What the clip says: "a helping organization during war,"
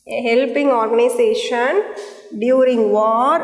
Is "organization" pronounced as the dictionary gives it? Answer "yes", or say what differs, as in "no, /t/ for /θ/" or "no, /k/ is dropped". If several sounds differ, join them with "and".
no, /s/ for /z/